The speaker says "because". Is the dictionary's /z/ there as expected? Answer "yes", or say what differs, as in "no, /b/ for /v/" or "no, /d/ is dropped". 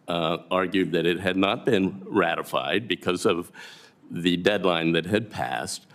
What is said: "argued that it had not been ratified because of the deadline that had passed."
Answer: yes